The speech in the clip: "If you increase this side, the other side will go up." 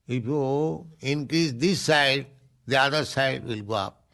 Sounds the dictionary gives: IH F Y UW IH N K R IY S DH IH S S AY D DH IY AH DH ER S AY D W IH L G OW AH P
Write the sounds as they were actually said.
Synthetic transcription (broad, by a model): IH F Y UW IH N K R IY S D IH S S AY D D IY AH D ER S AY D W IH L G OW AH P